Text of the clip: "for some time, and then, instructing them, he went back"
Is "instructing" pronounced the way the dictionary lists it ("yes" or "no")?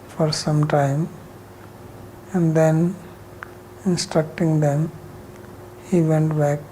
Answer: yes